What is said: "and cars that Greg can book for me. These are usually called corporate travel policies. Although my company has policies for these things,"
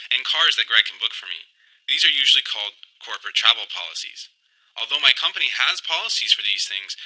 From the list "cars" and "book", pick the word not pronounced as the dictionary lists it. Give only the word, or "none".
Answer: none